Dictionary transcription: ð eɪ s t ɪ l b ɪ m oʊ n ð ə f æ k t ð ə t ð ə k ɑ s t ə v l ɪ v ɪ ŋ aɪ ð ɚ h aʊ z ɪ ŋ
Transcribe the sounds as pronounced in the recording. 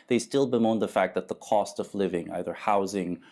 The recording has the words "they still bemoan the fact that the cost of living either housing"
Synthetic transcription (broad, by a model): ð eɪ s t ɪ l b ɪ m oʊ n ð ə f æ k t ð ə t ð ə k ɑ s t ə v l ɪ v ɪ ŋ aɪ ð ɚ h aʊ z ɪ ŋ